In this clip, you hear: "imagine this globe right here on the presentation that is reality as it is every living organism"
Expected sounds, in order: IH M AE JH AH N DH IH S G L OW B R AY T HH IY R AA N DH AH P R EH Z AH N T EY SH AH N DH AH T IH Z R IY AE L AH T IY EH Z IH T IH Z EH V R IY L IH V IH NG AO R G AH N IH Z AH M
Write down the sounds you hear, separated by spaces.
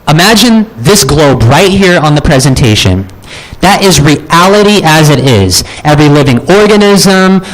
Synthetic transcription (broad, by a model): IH M AE JH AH N DH IH S G L OW B R AY T HH IY R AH N DH AH P R EH Z AH N T EY SH AH N DH AH T IH Z R IY AE L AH T IY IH Z IH T IH Z EH V R IY L IH V IH NG AO R G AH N IH Z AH M